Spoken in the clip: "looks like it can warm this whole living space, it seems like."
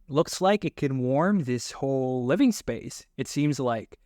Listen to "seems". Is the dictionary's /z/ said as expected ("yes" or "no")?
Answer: yes